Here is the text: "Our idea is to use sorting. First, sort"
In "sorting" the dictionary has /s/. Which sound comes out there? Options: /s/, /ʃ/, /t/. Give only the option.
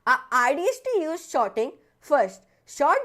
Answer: /ʃ/